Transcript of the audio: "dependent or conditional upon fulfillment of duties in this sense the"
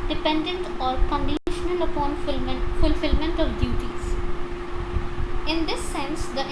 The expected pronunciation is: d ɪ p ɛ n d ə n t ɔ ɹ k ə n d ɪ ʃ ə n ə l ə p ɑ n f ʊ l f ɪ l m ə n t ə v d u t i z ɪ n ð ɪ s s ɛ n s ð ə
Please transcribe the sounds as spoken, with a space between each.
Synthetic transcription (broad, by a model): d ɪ p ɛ n d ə n t ɔ ɹ k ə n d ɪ ʃ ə n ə l ə p ɑ n f ʊ l f ɪ l m ə n t ə v d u t i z ɪ n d ɪ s s ɛ n s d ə